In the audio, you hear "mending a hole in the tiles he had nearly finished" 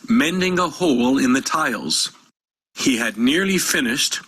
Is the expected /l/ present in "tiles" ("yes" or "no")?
yes